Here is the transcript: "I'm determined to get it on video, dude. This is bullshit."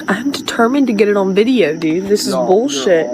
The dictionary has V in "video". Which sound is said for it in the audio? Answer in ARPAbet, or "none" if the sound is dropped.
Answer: V